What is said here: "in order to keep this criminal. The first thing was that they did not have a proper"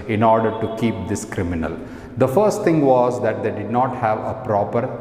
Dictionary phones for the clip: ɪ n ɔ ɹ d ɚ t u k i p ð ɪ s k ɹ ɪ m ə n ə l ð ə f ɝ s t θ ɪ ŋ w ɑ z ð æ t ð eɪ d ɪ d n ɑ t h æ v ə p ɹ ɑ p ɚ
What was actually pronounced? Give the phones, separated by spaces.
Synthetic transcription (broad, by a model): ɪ n ɔ ɹ d ɚ t u k i p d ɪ s k ɹ ɪ m ə n ə l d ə f ɝ s t t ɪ ŋ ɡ ɑ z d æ t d eɪ d ɪ d n ɑ t h æ v ə p ɹ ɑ p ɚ